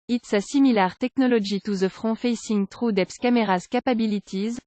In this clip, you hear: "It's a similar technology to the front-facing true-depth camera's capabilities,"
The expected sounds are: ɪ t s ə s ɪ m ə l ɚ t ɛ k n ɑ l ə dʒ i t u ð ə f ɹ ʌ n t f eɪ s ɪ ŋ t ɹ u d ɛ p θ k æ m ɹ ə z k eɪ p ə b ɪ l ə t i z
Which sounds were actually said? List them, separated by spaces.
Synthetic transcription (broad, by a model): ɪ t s ə s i m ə l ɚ t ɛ k n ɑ l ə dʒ i t u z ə f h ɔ f eɪ s ɪ ŋ t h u d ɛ p s k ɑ m ɹ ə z k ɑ p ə b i l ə t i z